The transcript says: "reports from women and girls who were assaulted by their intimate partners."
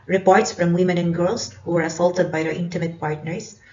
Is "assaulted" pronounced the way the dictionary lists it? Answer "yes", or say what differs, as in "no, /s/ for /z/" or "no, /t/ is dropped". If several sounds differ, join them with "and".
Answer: yes